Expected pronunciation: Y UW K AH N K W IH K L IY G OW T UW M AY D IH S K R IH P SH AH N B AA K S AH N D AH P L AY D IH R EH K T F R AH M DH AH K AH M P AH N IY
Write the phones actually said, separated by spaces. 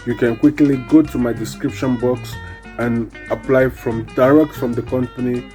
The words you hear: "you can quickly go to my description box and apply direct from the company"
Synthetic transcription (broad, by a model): Y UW K AH N K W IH K L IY G OW T UW M AY D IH S K R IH P SH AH N B AA K S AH N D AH P L AY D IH R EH K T F R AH M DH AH K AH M P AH N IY